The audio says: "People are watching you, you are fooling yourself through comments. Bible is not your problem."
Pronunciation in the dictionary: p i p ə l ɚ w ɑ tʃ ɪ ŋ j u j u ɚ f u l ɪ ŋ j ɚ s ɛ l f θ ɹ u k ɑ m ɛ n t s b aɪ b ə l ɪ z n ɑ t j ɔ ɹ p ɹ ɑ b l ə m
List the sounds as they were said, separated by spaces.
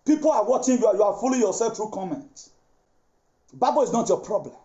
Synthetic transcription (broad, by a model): p i p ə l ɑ w ɑ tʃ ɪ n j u j u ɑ f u l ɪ j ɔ s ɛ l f t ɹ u k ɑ m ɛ n t b aɪ b ə l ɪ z n ɑ t j ɔ p ɹ ɑ b l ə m